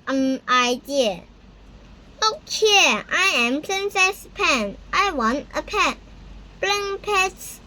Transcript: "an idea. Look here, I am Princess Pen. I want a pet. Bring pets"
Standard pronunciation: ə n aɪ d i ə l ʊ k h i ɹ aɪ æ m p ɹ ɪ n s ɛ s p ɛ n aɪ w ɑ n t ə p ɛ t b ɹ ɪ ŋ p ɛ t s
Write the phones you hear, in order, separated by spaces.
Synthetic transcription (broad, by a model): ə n aɪ d i ə l ʊ k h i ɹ aɪ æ m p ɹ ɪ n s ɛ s p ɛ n aɪ w ɑ n t ə p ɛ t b l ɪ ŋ p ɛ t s